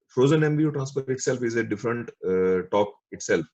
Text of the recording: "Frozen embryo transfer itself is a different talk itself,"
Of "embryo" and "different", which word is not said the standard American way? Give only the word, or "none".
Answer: embryo